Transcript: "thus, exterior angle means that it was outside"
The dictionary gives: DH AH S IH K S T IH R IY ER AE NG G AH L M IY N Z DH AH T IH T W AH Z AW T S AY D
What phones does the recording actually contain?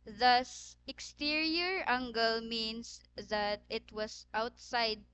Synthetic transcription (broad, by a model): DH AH S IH K S T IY R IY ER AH NG G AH L M IY N S DH AH T IH T W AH S AW T S AY D